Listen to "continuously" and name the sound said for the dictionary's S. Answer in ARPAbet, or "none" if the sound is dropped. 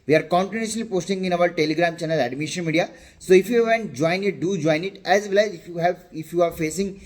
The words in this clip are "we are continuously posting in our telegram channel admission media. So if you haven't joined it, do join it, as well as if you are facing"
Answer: none